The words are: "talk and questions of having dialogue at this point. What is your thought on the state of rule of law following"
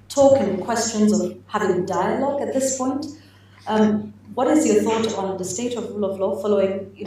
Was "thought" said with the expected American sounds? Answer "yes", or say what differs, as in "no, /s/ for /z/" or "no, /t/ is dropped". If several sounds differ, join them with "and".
yes